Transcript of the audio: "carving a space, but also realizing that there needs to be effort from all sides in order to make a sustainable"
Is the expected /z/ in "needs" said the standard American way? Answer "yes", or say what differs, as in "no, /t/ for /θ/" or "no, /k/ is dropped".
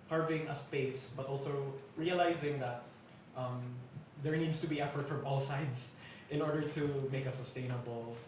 no, /s/ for /z/